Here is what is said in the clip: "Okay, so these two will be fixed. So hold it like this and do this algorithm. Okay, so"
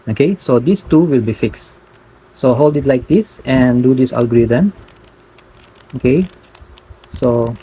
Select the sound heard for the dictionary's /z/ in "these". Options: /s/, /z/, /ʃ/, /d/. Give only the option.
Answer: /s/